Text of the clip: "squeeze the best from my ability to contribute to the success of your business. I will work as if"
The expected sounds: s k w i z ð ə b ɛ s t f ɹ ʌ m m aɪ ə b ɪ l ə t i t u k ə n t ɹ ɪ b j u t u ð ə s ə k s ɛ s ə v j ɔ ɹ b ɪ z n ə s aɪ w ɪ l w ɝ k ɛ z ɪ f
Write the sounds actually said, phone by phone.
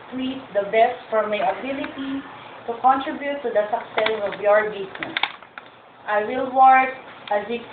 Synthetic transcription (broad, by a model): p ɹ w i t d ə b ɛ s t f ɹ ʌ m m aɪ ə b ɪ l ə t i t u k ə n t ɹ ɪ b j u t u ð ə s ə k s ɛ s ə v j ɔ ɹ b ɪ s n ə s aɪ w ɪ l w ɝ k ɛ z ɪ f